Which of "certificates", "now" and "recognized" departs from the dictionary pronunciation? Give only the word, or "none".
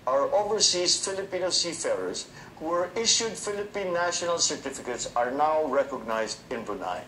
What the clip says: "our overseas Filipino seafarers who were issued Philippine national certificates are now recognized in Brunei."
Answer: none